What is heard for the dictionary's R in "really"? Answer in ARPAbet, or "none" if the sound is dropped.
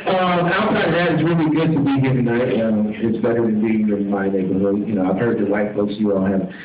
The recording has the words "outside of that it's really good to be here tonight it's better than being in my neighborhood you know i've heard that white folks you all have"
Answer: R